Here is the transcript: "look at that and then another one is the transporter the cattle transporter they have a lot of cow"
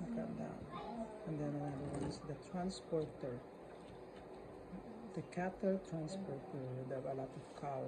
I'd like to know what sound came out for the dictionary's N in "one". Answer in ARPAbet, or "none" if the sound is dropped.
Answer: none